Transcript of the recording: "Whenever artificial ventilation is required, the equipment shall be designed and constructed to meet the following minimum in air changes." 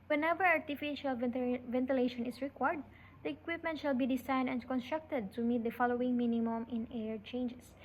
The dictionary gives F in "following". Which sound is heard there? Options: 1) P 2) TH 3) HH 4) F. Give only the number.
4